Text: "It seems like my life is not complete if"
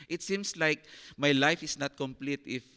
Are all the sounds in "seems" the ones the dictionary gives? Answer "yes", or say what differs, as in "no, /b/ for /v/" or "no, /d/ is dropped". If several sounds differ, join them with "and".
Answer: no, /s/ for /z/